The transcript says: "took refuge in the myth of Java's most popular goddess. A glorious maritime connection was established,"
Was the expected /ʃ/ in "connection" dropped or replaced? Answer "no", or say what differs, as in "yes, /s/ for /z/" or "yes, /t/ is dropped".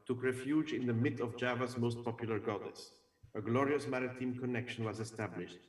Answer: no